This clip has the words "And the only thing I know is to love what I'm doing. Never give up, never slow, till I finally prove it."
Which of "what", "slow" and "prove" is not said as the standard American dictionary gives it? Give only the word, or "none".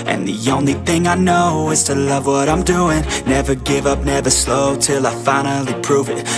none